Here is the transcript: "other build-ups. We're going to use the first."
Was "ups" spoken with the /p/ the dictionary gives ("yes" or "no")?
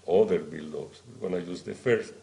no